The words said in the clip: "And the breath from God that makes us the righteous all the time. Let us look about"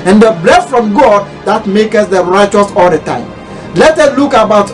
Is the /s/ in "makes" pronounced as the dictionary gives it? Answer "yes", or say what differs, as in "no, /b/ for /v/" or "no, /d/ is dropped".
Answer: no, /s/ is dropped